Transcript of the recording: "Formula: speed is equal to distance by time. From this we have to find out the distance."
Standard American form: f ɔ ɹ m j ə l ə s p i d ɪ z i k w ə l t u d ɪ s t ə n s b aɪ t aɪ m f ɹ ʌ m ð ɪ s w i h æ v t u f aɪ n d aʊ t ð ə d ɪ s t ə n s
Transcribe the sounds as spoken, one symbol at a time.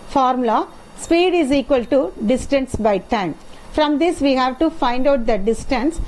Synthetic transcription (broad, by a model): f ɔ ɹ m l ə s p i d ɪ z i k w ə l t u d ɪ s t ə n s b aɪ t aɪ m f ɹ ʌ m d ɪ s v i h æ v t u f aɪ n d aʊ t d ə d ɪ s t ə n s